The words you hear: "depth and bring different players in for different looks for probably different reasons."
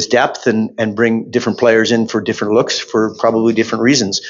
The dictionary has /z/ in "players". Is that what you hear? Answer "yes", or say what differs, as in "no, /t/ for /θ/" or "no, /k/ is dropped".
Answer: yes